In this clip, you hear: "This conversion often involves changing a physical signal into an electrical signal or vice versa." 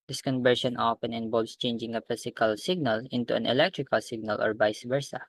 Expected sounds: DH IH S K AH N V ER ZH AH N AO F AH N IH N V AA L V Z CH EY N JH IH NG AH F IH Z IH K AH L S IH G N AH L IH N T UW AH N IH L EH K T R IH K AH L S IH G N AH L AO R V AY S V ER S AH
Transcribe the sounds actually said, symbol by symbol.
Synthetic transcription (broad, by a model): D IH S K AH N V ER SH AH N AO P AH N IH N B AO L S CH EY N JH IH NG AH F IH S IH K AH L S IH G N AH L IH N T UW AH N IH L EH K T R IH K AH L S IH G N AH L AO R B AY S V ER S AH